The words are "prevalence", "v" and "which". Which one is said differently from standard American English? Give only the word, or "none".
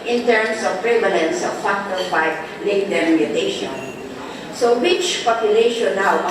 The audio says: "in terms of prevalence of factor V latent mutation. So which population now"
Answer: v